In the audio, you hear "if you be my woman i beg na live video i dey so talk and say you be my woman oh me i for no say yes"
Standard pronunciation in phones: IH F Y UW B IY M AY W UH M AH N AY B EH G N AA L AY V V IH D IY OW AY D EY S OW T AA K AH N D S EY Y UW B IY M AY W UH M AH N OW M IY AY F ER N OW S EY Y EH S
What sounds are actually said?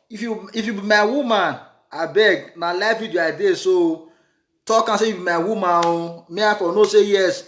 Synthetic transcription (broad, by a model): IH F Y UW B IY M AY W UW M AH N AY B EH G N AA L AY F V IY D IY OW AY D EY S OW T AA K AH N S EY Y UW B IY M AY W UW M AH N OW M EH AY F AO N OW S EY Y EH S